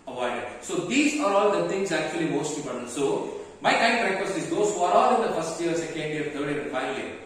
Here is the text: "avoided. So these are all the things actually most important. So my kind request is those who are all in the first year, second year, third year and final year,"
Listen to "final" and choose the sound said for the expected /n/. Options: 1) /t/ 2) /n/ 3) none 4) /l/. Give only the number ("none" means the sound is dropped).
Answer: 3